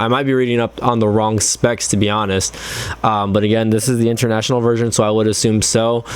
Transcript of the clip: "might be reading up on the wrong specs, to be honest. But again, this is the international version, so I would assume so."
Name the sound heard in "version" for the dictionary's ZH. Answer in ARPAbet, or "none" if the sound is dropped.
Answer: ZH